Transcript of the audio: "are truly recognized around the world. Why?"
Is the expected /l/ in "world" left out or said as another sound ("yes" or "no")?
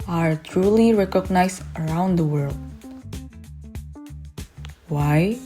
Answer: no